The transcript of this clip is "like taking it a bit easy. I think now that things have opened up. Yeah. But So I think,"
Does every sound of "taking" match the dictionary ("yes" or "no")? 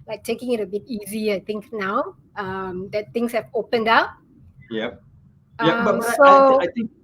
yes